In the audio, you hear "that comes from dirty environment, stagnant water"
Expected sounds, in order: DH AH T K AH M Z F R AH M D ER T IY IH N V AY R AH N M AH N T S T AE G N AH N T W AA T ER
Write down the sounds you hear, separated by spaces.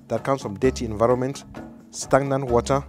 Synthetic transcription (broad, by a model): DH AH T K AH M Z F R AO M D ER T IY IH N V AY R AH N M AH N T S T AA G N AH N W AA T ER